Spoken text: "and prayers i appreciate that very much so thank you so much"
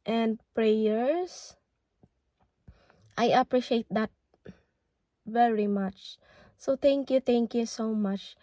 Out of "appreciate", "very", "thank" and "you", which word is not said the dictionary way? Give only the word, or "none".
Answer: thank